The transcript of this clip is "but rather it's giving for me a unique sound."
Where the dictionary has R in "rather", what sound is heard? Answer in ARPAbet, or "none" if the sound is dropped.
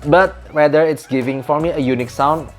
W